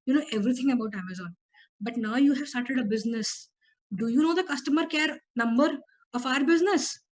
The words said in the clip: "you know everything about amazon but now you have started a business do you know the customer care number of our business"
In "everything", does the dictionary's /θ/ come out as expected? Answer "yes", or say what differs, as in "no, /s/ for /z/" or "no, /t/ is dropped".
no, /t/ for /θ/